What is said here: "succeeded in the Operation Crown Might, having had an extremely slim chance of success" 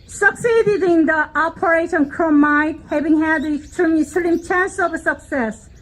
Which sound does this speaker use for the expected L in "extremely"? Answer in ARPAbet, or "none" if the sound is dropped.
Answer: none